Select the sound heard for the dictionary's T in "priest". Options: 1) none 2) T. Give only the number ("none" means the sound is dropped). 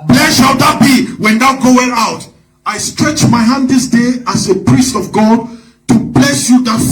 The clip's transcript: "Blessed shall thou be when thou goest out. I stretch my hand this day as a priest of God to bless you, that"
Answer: 2